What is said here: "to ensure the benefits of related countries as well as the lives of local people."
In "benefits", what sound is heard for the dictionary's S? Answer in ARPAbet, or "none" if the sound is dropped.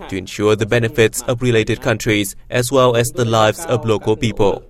S